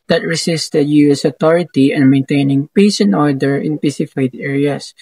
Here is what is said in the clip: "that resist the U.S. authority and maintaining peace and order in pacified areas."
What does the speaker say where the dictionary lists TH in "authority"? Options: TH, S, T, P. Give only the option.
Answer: T